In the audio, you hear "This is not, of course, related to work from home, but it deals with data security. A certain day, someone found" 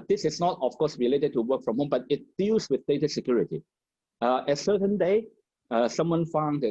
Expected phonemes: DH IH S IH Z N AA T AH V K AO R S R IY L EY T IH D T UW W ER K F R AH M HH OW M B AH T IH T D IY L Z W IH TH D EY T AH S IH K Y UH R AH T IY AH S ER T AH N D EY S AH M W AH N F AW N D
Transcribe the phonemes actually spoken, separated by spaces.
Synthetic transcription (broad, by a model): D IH S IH S N AA T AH F K AO S R IY L EY T IH D T UW W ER K F R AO M HH OW M B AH T IH T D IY L S W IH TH D EY T AH S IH K Y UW R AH T IY AH S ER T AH N D EY S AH M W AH N F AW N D